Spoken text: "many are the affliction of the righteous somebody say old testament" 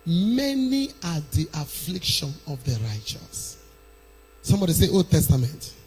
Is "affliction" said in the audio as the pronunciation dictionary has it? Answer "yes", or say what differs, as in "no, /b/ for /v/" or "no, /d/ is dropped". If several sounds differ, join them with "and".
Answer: yes